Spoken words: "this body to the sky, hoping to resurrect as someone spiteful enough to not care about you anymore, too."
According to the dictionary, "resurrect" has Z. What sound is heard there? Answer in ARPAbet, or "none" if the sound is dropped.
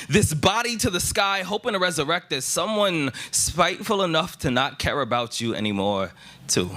Z